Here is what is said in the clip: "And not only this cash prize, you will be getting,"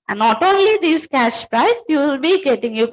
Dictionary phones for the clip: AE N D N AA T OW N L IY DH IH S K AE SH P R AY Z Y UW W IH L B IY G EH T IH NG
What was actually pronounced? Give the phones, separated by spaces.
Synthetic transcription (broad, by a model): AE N N AA T OW N L IY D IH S K AE SH P R AY S Y UW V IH L B IY G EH T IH NG